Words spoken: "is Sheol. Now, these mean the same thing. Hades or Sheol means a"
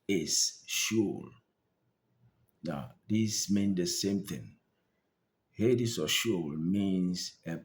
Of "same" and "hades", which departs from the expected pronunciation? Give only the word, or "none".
hades